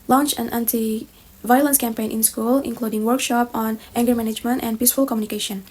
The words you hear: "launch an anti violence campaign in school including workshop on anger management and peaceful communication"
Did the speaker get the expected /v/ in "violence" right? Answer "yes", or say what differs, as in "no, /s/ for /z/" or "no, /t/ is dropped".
yes